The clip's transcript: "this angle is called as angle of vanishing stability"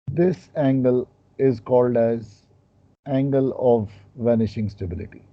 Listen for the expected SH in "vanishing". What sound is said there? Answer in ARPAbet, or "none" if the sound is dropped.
SH